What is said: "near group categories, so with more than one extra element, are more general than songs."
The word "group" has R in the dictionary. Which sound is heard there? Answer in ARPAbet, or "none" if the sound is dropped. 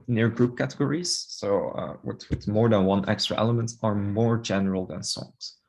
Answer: R